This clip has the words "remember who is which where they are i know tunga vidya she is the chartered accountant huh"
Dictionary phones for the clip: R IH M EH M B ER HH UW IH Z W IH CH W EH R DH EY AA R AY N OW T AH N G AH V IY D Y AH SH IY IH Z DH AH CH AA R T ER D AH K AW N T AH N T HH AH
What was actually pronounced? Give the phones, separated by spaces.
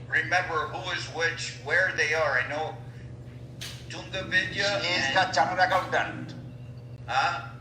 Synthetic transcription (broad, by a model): R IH M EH M B ER HH UW IH Z W IH CH W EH R DH EY AA R AY N OW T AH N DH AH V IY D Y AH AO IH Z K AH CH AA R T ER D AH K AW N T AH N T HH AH